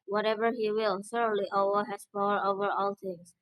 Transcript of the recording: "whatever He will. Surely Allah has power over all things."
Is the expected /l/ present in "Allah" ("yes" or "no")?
no